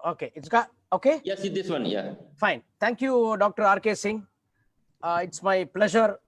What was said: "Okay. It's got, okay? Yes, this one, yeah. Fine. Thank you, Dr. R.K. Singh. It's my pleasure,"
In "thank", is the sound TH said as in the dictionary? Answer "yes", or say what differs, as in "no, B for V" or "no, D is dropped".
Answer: no, T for TH